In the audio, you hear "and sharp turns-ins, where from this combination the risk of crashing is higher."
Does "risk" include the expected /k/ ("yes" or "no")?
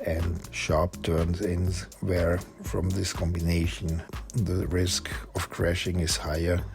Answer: yes